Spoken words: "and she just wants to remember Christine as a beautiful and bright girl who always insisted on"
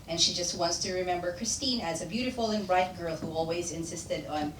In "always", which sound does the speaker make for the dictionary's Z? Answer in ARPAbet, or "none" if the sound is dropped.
Z